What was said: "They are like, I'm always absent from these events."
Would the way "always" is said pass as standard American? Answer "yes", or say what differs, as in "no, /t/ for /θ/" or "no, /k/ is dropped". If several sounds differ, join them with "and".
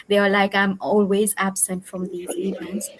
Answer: yes